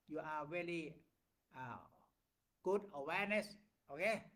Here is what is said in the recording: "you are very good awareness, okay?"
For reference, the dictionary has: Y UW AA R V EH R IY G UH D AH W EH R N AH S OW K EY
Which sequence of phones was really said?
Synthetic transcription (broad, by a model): Y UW AA R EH L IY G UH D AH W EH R N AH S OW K EY